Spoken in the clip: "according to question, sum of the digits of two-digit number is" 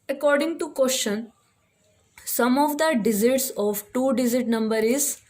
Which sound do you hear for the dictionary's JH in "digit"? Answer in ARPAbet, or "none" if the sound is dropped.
Z